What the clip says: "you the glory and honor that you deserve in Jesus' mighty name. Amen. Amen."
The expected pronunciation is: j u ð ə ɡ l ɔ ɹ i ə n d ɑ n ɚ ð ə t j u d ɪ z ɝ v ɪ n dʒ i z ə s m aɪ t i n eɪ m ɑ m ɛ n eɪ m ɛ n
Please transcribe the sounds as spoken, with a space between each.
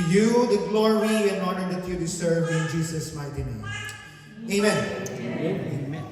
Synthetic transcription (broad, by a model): j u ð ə ɡ l ɔ ɹ i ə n ɑ n ɚ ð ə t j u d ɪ s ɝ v ɪ n dʒ i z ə s m aɪ t i n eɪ ɑ m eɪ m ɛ n